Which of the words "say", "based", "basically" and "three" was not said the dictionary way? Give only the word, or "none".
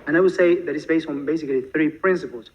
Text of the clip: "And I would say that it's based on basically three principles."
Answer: none